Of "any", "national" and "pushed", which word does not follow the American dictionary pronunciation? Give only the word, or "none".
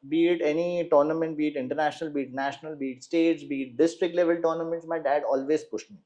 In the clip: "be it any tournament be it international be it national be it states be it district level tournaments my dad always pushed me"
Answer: none